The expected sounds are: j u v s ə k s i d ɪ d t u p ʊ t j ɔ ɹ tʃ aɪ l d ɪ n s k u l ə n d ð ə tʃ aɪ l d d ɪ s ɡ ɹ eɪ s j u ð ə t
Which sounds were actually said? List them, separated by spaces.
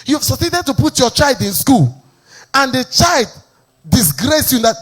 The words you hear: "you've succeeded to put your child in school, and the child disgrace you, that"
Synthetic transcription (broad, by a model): j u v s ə s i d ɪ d t u p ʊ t j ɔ tʃ aɪ l d ɪ n s k u l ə n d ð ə tʃ aɪ l d d ɪ s ɡ ɹ eɪ s j u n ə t